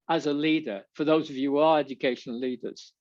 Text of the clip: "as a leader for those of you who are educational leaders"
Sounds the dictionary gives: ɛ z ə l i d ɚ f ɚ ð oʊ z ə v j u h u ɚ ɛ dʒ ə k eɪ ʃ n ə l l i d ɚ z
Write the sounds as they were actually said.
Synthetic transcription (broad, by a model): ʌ z ə l i d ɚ f ɚ ð oʊ z ə v j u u ɚ ɛ dʒ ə k eɪ ʃ ə n l i d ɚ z